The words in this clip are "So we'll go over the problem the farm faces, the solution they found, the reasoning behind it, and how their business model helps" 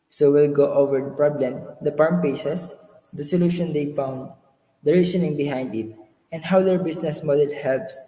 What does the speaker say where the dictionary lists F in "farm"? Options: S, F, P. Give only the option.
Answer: P